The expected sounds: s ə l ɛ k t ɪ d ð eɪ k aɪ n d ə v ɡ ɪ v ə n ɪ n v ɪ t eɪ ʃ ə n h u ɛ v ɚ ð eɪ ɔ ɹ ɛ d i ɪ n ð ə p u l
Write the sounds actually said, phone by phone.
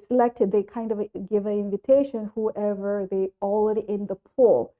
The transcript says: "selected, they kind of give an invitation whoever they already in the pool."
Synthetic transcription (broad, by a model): s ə l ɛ k t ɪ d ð eɪ k aɪ n d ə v ɡ ɪ v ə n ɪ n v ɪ t eɪ ʃ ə n h u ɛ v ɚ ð eɪ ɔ l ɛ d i ɪ n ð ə p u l